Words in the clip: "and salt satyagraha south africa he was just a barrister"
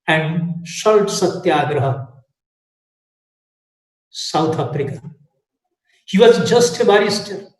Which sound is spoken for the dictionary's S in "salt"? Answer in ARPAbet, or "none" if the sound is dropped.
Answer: SH